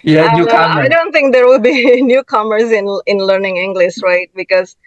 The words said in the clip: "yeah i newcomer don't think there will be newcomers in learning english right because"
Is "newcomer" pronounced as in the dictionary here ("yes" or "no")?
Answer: no